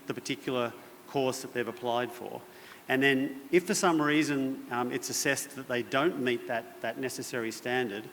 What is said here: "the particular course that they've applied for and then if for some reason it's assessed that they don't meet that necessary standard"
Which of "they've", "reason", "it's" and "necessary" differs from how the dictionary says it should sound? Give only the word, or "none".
none